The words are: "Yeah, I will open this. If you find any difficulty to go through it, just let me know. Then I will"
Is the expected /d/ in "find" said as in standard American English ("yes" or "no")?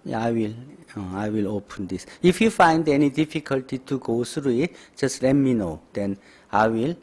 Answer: yes